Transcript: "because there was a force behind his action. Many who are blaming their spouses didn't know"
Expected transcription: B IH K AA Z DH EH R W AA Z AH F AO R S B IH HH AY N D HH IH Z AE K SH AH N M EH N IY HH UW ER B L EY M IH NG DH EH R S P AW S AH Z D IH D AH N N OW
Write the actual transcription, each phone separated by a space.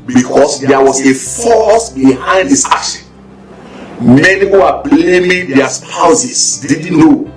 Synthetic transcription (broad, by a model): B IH K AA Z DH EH W AA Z AH F AO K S B IH HH AY N D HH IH S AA K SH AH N M EH N IY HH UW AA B L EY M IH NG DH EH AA S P AW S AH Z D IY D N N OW